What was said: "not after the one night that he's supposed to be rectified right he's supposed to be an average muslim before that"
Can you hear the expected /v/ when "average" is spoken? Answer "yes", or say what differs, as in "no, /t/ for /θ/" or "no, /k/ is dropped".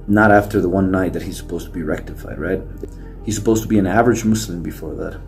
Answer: yes